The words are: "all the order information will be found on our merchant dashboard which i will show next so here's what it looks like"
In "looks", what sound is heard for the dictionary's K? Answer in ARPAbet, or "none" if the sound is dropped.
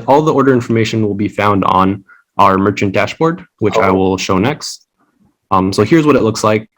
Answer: K